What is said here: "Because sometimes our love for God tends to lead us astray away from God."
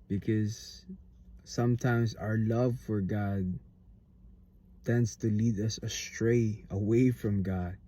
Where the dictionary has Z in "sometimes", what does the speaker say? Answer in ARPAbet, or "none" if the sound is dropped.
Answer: Z